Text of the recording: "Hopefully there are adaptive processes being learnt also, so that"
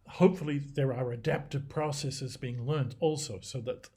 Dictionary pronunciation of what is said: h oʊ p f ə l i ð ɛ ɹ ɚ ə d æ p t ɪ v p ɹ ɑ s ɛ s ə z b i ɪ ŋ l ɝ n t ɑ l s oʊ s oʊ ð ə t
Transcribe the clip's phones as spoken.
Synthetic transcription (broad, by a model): h oʊ p f l i ð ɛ ɹ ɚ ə d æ p t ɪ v p ɹ ɑ s ɛ s ə z b i ɪ ŋ l ɝ n t ɑ l s oʊ s oʊ ð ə t